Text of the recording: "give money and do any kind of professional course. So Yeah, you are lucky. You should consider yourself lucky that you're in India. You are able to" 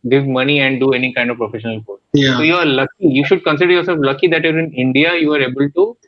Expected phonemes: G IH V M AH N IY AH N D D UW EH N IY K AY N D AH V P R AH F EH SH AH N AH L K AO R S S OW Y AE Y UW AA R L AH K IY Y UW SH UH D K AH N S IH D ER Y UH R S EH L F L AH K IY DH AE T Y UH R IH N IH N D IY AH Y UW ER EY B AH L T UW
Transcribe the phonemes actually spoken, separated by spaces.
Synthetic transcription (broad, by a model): G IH V M AH N IY AH N D D UW EH N IY K AY N D AH V P R AH F EH SH AH N AH L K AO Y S S OW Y Y UW AA R L AH K IY Y UW SH UH D K AH N S IH D ER Y UH R S EH L F L AH K IY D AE T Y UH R IH N IH N D IY AH Y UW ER EY B AH L T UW